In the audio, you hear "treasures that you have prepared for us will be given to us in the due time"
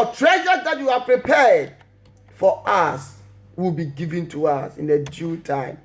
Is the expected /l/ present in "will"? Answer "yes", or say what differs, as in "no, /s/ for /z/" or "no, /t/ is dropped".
yes